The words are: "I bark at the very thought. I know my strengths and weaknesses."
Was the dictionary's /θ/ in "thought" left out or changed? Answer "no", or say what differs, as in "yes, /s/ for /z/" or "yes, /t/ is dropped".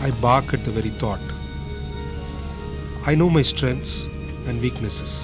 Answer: yes, /t/ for /θ/